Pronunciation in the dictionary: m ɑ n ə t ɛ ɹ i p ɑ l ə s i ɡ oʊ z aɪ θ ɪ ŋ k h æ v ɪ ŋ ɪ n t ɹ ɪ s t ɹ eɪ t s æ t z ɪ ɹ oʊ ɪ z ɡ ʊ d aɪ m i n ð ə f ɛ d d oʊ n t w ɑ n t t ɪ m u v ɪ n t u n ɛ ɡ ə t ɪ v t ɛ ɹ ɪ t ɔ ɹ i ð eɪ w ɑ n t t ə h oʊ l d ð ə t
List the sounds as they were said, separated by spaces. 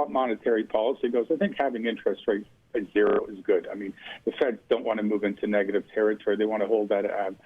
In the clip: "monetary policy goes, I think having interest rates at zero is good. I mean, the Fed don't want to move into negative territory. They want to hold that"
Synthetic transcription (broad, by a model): m ɑ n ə t ɛ ɹ i p ɑ l ə s i ɡ oʊ z aɪ θ ɪ ŋ k h æ v ɪ ŋ ɪ n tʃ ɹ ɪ s t ɹ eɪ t ɪ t z ɪ ɹ oʊ ɪ z ɡ ʊ d aɪ m i n ð ə f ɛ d d oʊ n t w ɑ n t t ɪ m u v ɪ n t u n ɛ ɡ ə t ɪ v t ɛ ɹ ɪ t ɔ ɹ i ð eɪ w ɑ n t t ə h oʊ l d ð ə t